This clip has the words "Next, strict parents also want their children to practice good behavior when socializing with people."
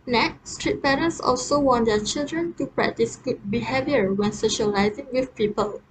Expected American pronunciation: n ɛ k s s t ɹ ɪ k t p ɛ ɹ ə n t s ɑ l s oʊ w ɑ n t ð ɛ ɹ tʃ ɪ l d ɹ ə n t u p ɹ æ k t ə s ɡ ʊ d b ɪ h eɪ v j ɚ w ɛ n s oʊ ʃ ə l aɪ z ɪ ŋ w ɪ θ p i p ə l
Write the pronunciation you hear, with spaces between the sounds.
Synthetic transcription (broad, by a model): n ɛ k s s t ɹ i t p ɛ ɹ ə n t s ɑ l s oʊ w ɑ n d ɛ tʃ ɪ l d ɹ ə n t u p ɹ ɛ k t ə s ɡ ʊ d b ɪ h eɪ v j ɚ w ɛ n s oʊ ʃ ə l aɪ z ɪ ŋ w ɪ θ p i p ə l